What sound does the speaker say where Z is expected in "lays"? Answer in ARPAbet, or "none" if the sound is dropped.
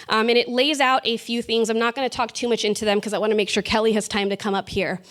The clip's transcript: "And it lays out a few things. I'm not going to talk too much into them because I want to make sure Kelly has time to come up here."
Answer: Z